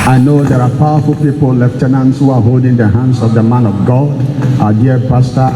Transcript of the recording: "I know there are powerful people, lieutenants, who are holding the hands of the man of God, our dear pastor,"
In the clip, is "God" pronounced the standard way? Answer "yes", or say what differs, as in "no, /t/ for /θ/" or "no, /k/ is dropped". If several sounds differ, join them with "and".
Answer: yes